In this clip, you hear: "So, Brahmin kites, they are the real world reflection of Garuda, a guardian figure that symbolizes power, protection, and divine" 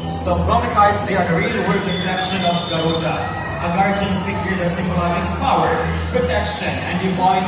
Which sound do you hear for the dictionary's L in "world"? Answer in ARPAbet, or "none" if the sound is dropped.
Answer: none